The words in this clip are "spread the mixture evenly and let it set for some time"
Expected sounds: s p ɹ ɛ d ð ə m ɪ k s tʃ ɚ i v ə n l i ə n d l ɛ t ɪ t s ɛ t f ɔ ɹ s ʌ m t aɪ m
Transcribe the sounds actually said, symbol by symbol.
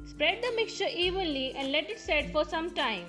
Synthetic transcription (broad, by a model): s p ɹ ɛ d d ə m ɪ k s tʃ ɚ i v ə n l i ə n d l ɛ t ɪ t s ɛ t f ɔ ɹ s ʌ m t aɪ m